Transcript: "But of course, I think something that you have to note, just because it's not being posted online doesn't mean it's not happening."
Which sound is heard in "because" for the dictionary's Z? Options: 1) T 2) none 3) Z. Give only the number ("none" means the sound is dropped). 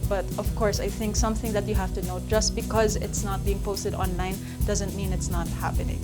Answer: 3